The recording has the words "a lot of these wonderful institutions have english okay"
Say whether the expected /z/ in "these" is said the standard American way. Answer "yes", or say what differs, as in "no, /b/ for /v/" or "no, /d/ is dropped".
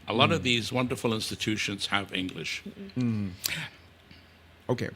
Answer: yes